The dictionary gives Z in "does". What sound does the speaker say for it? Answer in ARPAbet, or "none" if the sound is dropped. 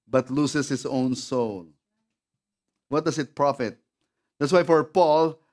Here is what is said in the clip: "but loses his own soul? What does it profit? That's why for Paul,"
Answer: S